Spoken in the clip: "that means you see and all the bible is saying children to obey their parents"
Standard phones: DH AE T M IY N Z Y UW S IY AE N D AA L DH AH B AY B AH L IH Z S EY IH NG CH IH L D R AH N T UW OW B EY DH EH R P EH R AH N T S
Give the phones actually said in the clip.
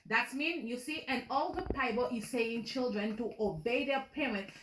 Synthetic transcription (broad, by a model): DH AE T M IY N Y UW S IY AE N AA L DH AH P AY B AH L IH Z S EY IH NG CH IH L D R AH N T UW OW B EY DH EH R P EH R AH N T S